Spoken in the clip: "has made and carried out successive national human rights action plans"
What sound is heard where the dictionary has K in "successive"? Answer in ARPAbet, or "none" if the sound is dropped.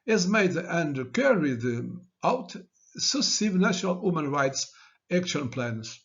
none